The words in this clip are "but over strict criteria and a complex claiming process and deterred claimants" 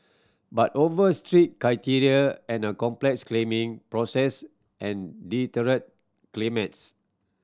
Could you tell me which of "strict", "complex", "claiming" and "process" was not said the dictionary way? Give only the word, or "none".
strict